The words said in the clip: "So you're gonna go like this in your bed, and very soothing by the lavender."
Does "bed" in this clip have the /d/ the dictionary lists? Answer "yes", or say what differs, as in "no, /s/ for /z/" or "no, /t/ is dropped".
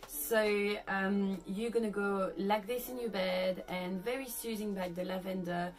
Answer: yes